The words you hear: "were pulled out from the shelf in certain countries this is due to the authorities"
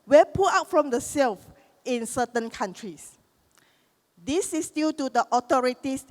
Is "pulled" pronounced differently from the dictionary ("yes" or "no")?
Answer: yes